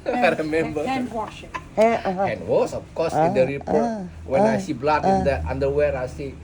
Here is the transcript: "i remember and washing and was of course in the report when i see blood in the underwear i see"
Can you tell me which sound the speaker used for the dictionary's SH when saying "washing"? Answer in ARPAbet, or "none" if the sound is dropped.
none